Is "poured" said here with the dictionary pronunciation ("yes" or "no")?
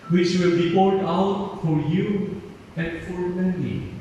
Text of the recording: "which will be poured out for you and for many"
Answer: no